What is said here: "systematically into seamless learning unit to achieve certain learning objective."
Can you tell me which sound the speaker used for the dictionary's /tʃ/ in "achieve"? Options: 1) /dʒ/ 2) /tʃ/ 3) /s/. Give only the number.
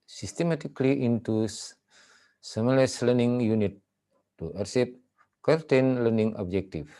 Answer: 3